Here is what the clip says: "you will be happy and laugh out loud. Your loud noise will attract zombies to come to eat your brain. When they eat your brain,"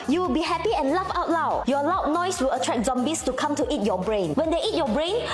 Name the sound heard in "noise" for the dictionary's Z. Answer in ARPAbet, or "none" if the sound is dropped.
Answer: S